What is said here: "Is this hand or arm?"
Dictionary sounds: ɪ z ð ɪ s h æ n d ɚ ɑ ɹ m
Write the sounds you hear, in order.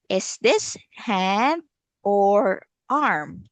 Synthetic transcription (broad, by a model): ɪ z ð ɪ s h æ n ɚ ɑ ɹ m